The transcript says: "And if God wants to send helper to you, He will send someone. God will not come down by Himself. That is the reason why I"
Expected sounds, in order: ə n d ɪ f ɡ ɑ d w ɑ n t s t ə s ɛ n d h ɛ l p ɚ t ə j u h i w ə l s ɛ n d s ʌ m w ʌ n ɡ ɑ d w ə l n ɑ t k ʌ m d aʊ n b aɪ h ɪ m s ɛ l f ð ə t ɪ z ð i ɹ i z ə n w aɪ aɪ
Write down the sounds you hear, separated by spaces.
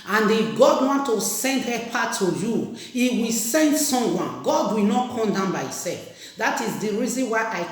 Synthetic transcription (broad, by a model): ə n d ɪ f ɡ ɑ d w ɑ n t t ə s ɛ n d h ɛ p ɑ t ə j u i w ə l s ɛ n d s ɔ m w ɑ n ɡ ɑ d w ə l n ɑ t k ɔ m d aʊ n b aɪ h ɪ s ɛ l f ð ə t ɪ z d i ɹ i z ə n w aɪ aɪ